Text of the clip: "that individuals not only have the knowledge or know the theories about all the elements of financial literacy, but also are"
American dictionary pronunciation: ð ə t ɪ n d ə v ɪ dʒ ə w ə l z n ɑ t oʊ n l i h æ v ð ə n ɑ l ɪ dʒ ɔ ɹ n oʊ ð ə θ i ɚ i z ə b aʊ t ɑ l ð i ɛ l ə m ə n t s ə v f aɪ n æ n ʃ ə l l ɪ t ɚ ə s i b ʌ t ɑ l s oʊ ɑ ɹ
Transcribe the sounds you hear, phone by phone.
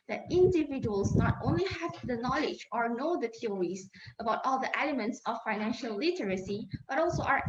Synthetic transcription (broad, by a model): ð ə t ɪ n d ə v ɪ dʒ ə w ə l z n ɑ t oʊ n l i h æ v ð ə n ɑ l ɪ dʒ ɔ ɹ n oʊ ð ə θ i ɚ i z ə b aʊ t ɑ l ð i ɛ l ə m ə n t s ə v f aɪ n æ n ʃ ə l l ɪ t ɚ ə s i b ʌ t ɑ l s oʊ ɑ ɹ